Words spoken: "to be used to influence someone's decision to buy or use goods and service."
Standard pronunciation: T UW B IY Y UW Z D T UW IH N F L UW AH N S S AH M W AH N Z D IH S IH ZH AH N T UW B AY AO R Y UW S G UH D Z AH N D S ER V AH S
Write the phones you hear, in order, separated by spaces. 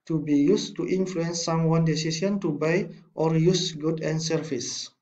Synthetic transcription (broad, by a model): T UW B IY Y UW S T UW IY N F L UW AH N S S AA M W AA N D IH S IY S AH N T UW B AY AO R Y UW S G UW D AH N S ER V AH S